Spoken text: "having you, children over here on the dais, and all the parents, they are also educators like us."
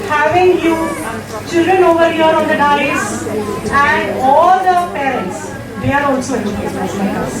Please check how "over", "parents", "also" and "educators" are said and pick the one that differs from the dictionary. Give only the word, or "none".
educators